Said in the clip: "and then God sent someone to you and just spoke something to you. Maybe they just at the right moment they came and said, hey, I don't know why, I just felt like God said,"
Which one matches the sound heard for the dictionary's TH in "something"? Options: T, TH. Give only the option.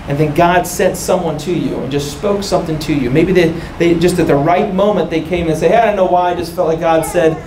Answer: TH